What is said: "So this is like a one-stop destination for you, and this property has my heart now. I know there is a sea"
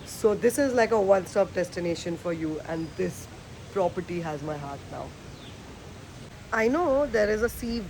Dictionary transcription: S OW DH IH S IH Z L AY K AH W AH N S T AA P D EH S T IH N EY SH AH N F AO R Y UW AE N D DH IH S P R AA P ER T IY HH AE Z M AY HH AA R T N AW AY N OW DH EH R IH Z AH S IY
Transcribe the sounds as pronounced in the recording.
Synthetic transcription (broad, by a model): S OW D IH S IH Z L AY K AH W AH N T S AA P D EH S T IH N EY SH AH N F AO R Y UW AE N D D IH S P R AA P ER T IY HH AE Z M AY HH AA R T N AW AY N OW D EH R IH Z AH S IY